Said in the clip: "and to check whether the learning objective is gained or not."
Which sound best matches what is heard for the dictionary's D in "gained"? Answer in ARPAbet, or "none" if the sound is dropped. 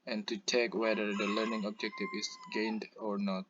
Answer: D